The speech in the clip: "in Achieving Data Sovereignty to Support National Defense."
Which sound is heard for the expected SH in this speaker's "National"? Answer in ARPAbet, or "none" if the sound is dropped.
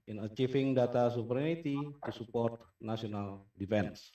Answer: S